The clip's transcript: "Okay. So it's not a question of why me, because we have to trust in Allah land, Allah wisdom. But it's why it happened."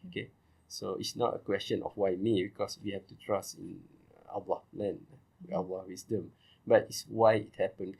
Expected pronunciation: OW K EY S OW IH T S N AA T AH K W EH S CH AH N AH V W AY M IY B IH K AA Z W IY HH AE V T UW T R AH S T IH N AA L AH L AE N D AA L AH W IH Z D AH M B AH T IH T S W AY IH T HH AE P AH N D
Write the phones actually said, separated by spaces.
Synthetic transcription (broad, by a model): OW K EY S OW IH T S N AA T AH K W EH S CH AH N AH F W AY M IY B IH K AA S W IY HH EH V T UW T R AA S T IH N AA L AH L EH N AA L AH W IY S D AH M B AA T IH T S W AY IH T HH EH P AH N